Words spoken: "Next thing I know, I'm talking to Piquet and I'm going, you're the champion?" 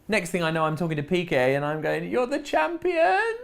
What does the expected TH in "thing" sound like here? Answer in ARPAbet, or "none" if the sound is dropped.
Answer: TH